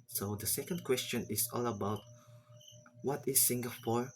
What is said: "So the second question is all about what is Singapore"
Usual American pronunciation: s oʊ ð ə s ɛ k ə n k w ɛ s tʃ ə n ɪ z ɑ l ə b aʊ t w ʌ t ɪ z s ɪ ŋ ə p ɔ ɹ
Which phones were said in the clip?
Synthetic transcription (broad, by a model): s oʊ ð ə s ɛ k ə n k w ɛ s tʃ ə n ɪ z ɑ l ə b aʊ t w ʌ t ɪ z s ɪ ŋ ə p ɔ ɹ